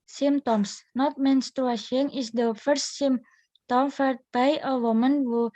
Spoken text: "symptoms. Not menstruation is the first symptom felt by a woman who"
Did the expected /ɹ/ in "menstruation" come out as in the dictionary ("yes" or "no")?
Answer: no